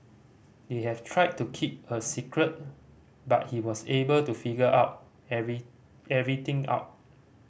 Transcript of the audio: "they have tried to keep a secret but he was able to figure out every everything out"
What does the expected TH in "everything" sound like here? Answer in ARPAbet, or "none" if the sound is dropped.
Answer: T